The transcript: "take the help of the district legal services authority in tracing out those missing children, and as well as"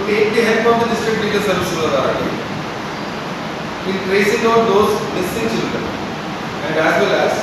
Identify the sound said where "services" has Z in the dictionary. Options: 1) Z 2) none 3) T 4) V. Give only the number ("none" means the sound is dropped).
2